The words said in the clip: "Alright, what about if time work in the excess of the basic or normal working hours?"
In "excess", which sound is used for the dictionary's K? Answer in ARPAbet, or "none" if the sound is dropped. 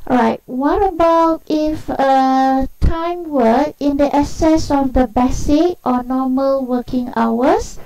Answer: none